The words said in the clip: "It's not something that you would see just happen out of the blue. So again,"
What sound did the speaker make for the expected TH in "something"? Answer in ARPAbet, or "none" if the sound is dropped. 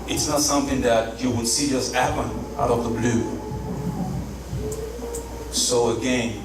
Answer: TH